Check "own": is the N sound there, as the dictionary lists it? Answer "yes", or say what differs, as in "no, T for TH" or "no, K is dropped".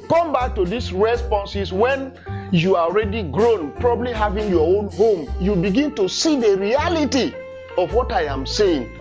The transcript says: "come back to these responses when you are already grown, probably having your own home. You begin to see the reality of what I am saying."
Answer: yes